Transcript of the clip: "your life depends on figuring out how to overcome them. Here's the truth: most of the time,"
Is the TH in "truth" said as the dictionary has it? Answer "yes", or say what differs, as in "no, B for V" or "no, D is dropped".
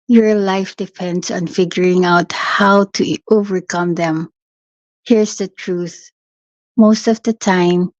yes